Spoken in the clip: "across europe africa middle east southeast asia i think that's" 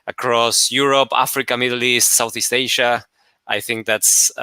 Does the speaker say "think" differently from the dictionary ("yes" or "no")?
no